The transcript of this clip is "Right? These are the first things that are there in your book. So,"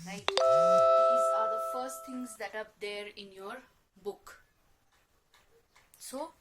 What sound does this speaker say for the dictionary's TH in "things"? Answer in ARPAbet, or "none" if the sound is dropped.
T